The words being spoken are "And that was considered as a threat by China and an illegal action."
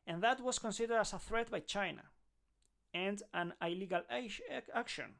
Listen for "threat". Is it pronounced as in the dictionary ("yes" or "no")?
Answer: yes